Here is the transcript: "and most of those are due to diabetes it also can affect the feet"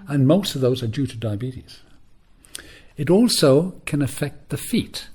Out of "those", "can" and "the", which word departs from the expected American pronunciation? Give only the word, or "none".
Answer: none